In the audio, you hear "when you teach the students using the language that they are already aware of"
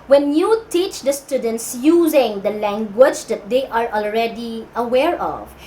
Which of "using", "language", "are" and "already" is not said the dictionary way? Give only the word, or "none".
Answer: none